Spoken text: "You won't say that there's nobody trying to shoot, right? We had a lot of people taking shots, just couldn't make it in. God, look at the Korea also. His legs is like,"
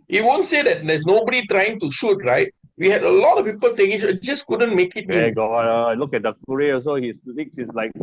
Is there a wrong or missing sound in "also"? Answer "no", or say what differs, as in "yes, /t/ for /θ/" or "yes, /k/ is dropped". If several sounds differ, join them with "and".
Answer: yes, /l/ is dropped